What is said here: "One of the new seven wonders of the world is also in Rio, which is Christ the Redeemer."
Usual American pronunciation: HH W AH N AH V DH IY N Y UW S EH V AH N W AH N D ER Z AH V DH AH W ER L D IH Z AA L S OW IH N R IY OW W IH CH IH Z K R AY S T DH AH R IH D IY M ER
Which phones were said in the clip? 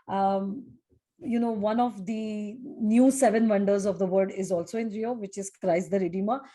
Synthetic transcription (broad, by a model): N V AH N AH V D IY N Y UW S EH V AH N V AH N D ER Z AH V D AH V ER D IH Z AA L S OW IH N R IY OW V IH CH IH Z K R AY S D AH R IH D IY M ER